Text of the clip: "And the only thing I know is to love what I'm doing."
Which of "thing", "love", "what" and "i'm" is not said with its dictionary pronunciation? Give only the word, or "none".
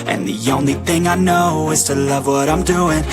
none